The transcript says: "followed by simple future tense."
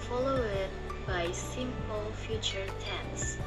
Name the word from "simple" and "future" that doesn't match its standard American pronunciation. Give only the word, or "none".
none